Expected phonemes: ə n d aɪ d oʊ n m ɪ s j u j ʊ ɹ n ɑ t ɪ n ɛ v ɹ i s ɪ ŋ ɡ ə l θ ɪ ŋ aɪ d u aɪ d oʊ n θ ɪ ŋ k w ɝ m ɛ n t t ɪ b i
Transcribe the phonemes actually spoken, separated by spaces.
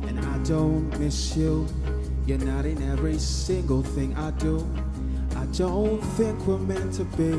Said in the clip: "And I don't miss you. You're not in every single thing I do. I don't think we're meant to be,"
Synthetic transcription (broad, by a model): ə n aɪ d oʊ n m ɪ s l j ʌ ɹ n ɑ t ɪ n ɛ v ɹ i s ɪ ŋ ɡ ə l θ ɪ ŋ aɪ d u aɪ d oʊ n θ ɪ ŋ k w ɝ m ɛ n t t ɪ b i